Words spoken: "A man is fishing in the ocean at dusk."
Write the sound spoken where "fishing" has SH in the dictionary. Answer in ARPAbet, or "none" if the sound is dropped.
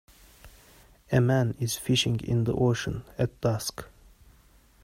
SH